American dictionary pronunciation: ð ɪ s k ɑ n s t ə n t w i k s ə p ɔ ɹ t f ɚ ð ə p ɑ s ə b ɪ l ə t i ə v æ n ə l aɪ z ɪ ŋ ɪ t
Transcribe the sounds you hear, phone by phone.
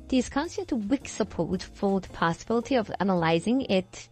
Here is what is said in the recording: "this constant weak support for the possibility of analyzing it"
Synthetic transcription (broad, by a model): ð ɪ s k ɑ n s t ə n t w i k s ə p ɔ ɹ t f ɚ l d p ɑ s ə b ɪ l ə t i ə v æ n ə l aɪ z ɪ ŋ ɪ t